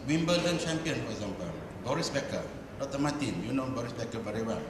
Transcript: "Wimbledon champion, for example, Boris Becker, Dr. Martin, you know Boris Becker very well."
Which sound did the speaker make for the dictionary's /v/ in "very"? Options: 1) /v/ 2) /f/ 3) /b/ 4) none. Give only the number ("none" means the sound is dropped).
3